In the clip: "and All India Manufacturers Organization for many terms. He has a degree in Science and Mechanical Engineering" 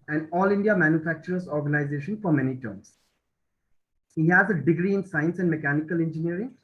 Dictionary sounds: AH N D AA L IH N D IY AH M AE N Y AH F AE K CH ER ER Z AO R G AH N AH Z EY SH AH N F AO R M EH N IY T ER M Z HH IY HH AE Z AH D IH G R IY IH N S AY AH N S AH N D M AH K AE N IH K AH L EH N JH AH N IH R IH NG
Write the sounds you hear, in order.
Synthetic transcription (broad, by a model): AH N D AA L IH N D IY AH M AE N Y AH F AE K CH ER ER S AO R G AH N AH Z EY SH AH N F AO R M EH N IY T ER M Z HH IY HH AE Z AH D IH G R IY IH N S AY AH N S AH N D M AH K AE N IH K AH L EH N JH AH N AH R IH NG